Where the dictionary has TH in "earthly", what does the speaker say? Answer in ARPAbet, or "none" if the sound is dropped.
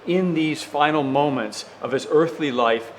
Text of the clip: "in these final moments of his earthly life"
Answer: TH